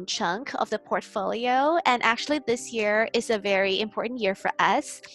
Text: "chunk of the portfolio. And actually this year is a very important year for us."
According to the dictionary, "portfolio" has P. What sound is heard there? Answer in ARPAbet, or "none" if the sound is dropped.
P